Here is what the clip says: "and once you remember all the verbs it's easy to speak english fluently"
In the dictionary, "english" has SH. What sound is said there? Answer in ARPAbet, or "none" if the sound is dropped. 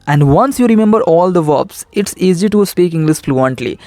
S